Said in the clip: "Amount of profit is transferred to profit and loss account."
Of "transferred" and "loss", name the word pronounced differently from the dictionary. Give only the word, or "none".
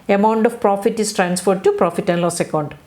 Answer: none